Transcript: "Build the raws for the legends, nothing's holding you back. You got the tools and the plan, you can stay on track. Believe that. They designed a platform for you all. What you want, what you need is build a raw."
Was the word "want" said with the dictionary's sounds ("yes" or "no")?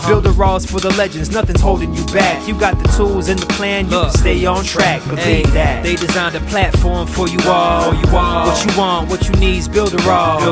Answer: yes